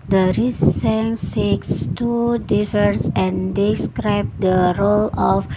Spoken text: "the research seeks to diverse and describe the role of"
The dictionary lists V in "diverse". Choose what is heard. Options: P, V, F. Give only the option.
F